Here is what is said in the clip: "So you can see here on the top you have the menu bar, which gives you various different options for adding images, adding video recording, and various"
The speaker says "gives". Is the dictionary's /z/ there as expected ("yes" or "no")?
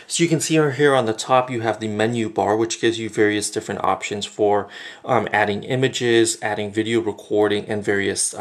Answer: yes